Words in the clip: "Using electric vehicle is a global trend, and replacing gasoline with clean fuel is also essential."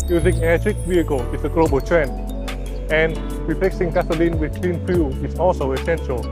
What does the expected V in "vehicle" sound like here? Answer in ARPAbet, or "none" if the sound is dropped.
W